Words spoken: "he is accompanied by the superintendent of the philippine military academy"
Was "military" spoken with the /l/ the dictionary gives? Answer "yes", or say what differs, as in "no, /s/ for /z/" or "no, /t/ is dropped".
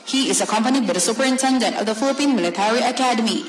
yes